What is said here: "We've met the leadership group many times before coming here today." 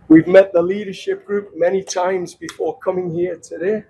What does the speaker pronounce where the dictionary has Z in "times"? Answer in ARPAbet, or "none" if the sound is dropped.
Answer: Z